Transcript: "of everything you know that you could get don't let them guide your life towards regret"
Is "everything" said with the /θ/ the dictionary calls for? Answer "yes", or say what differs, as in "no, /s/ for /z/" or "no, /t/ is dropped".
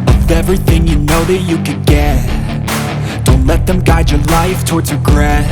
yes